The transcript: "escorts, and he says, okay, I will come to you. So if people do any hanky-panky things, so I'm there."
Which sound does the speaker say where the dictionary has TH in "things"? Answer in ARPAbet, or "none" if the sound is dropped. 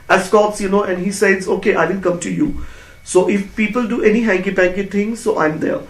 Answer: T